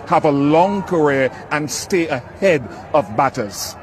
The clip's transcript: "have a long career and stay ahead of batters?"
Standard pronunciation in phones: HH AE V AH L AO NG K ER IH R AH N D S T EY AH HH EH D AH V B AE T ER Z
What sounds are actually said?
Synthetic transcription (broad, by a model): HH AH V AH L AO NG K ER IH R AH N S T EY AH HH EH D AH V B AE T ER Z